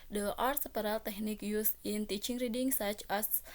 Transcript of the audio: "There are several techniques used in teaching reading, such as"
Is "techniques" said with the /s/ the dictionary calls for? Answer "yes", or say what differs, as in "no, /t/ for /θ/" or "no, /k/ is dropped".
no, /s/ is dropped